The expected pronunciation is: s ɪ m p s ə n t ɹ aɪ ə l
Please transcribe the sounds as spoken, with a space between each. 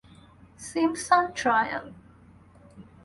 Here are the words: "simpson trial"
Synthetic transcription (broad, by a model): s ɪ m s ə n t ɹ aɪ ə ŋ